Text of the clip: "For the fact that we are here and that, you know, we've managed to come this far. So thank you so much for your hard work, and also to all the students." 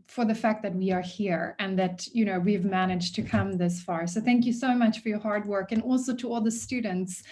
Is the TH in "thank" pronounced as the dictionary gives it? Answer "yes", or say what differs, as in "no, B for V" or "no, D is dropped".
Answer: yes